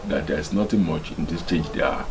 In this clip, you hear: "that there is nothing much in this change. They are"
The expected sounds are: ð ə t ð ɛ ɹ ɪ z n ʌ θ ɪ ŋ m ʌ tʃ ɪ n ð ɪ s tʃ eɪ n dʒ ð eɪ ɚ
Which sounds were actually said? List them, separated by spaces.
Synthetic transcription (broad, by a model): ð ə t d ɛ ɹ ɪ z n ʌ t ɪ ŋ m ʌ tʃ ɪ n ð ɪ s tʃ eɪ n dʒ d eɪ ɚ